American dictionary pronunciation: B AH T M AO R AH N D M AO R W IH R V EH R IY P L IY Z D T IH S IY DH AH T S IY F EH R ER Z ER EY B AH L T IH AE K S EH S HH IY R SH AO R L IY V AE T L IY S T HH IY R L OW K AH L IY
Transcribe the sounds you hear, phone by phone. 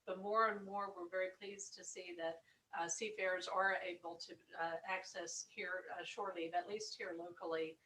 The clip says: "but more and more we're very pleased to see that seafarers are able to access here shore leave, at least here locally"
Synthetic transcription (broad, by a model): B AH T M AO R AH N M AO R W IH R V EH R IY P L IY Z T IH S IY DH AH T S IY F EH R Z ER EY B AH L T IH AE K S EH S HH IY R SH AO R L IY AE T L IY S T HH IY R L OW K L IY